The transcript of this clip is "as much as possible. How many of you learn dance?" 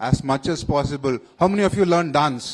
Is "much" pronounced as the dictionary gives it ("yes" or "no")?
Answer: yes